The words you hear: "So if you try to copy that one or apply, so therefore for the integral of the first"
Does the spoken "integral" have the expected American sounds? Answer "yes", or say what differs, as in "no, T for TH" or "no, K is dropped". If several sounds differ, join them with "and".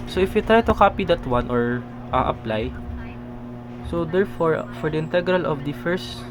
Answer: yes